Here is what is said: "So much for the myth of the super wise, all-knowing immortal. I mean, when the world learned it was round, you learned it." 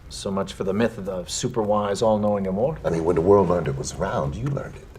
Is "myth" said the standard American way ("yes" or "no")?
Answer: yes